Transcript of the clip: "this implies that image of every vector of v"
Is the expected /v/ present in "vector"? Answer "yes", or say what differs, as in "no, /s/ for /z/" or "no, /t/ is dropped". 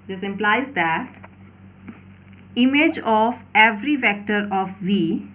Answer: yes